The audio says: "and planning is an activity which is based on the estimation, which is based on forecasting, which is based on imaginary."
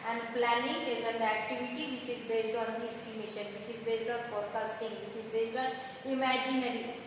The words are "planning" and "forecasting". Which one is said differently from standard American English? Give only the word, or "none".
forecasting